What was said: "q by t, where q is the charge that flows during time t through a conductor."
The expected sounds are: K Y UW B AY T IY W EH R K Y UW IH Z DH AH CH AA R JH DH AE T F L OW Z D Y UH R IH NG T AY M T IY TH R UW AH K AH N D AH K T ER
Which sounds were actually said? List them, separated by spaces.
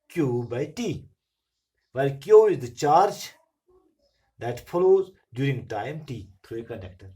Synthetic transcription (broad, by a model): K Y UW B AY T IY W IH L K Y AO IH Z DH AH CH AA R JH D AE T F L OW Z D Y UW R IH NG T AY M T IY T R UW AH K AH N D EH K T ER